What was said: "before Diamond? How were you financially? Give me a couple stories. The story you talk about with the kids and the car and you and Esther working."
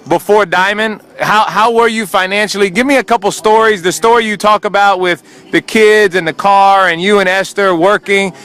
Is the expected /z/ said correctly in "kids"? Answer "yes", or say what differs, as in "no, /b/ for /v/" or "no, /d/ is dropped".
yes